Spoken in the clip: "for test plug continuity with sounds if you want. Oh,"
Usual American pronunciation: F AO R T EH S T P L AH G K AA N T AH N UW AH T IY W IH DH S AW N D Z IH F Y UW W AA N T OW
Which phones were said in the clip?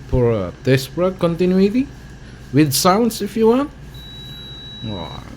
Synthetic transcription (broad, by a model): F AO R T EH S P AH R K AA N T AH N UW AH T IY W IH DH S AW N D S IH F Y UW W AA N T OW